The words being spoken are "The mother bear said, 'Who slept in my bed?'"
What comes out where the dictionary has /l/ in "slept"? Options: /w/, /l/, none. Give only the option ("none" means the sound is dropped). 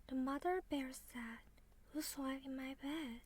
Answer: none